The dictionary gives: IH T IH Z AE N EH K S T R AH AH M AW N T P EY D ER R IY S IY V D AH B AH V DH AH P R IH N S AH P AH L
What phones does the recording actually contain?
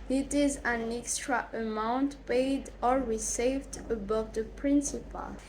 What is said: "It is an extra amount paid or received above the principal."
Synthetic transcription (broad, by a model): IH T IH Z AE N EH K S T R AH AH M AW N T P EY D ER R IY S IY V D AH B AH V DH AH P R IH N S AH P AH L